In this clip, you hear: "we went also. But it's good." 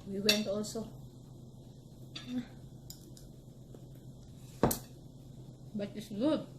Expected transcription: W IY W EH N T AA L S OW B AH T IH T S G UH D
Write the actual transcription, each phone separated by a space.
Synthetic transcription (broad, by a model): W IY W EH N T AA L S OW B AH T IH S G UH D